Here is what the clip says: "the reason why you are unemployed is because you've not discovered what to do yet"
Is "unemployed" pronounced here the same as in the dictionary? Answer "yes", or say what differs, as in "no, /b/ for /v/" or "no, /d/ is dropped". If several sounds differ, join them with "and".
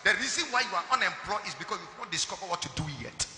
no, /d/ is dropped